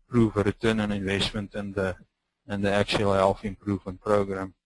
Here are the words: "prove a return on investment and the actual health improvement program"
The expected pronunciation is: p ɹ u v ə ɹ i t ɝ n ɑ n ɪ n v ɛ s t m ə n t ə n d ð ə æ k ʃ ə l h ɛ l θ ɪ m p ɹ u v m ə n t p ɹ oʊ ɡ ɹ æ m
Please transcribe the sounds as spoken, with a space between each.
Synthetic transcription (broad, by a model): p ɹ u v ə ɹ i t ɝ n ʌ n ɪ n v ɛ s t m ə n t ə n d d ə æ k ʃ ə l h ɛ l f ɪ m p ɹ u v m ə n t p ɹ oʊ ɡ ɹ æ m